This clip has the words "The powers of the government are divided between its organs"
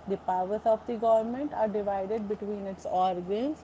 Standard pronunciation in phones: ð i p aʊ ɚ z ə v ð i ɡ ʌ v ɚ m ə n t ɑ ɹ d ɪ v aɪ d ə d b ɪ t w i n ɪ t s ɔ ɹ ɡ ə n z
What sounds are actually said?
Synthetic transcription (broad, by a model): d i p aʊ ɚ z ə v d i ɡ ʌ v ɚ m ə n t ɑ ɹ d ɪ v aɪ d ə d b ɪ t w i n ɪ t s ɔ ɹ ɡ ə n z